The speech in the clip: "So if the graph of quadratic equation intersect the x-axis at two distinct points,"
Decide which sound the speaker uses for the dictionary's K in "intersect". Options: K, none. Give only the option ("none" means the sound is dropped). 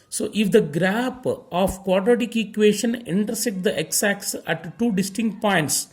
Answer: none